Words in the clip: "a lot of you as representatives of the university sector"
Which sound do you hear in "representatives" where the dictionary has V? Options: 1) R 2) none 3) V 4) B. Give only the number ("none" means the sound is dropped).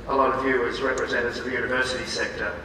2